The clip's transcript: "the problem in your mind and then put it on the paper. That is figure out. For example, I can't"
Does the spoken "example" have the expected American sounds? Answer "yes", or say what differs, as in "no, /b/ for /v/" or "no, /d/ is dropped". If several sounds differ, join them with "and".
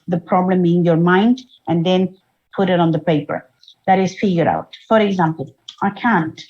yes